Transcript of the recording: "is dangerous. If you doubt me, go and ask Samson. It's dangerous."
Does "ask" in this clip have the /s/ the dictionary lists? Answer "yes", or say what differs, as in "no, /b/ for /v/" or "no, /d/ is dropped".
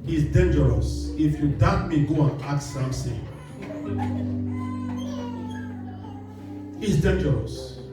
no, /s/ is dropped